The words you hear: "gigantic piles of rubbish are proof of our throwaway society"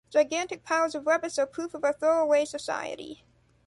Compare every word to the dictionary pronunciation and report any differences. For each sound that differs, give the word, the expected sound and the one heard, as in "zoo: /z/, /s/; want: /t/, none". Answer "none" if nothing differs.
rubbish: /ʃ/, /s/